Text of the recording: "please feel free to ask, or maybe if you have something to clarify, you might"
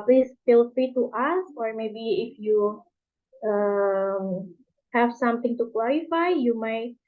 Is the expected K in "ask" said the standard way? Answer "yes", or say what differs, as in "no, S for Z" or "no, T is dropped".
no, K is dropped